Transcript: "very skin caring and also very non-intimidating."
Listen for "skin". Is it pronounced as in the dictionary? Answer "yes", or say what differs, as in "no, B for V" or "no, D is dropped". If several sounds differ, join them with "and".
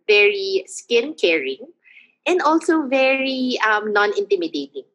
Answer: yes